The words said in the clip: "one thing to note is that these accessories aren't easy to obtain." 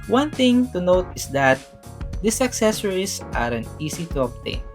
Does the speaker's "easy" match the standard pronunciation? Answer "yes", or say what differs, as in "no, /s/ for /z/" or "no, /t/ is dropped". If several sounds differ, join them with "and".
no, /s/ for /z/